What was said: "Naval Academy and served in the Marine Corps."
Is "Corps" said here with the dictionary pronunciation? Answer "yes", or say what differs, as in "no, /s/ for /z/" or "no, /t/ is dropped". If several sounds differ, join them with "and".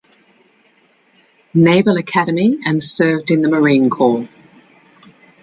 no, /l/ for /ɹ/